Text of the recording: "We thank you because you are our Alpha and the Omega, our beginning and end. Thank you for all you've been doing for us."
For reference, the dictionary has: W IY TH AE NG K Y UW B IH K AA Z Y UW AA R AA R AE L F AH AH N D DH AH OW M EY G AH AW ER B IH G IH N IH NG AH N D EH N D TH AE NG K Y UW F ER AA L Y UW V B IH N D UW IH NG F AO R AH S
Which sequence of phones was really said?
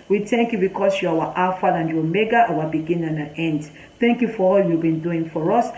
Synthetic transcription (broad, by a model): W IY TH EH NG K Y UW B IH K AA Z Y UW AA W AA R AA F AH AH N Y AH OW M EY G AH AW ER B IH G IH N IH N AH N EH N D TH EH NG K Y UW F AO AA L Y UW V B IH N D UW IH NG F AO R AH S